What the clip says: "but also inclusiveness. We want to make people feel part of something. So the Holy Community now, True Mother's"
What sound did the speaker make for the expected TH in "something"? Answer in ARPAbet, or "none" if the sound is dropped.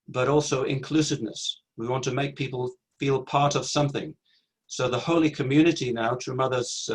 TH